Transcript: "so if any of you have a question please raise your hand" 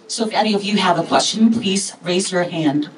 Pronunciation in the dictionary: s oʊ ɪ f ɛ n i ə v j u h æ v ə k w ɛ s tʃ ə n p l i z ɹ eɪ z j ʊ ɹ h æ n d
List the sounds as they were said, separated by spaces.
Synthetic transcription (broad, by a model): s oʊ ɪ f ɛ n i ə v j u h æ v ə k w ɛ s tʃ ə n p l i z ɹ eɪ z j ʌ ɹ h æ n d